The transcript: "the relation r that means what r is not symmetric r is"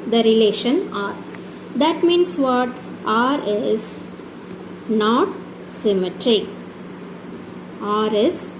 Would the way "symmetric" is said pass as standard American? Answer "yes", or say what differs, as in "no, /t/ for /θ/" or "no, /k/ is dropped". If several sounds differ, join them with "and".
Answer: no, /k/ is dropped